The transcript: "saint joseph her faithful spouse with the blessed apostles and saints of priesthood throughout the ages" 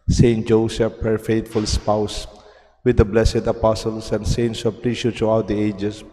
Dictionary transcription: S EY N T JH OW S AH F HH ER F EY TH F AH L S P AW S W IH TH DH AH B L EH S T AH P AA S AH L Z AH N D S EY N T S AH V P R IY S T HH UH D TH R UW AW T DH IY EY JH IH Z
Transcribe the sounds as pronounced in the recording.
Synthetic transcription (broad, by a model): S EY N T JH OW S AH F HH ER F EY T F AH L S P AW S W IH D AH B L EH S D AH P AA S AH L S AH N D S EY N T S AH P L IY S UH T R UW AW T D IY EY JH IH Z